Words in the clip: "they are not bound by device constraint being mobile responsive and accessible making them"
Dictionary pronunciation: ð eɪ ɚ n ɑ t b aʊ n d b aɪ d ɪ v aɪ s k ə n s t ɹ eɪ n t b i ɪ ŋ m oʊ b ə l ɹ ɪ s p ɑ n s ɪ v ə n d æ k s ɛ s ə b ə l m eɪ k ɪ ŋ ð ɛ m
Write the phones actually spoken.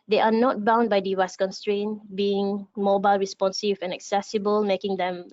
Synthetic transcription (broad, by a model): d eɪ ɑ n ɑ t b aʊ n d b aɪ d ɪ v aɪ s k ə n s t ɹ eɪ n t b i ɪ ŋ m oʊ b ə l ɹ ɪ s p ɑ n s ɪ v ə n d æ k s ɛ s ə b ə l m eɪ k ɪ ŋ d ɛ m